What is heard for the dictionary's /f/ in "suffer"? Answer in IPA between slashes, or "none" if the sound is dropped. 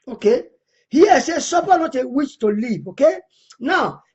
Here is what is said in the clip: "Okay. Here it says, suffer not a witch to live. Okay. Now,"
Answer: /p/